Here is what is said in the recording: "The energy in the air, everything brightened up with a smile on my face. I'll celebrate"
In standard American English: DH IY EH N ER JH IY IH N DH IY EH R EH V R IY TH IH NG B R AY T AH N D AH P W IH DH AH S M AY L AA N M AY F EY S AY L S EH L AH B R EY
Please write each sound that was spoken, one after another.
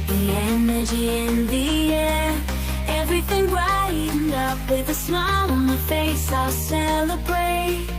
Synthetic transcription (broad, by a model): DH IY EH N ER JH IY IH N DH IY EH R EH V R IY TH IH NG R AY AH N AH P W IH DH AH S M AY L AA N M AY F EY S AY L S EH L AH B R EY